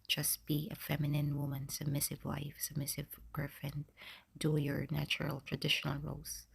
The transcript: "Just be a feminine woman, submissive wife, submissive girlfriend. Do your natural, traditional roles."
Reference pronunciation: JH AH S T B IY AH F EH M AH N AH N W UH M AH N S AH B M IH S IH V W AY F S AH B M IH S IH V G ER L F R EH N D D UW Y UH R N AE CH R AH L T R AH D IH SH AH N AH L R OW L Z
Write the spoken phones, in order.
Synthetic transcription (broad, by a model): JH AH S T B IY AH F EH M AH N AH N W UH M AH N S AH B M IH S IH V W AY F S AH B M IH S IH V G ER F EH N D D UW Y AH R N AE CH R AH L T R AH D IH SH AH N AH L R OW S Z